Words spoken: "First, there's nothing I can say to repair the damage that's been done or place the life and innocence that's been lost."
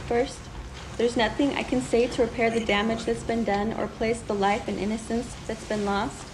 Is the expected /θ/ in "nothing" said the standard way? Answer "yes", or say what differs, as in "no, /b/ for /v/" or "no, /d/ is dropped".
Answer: yes